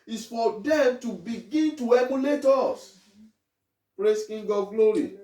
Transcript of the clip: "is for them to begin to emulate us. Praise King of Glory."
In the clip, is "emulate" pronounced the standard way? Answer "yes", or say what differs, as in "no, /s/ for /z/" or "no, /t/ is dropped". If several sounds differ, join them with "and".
no, /n/ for /l/